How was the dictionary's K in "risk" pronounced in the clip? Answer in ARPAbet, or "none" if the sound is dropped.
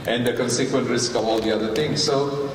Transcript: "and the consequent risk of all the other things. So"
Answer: K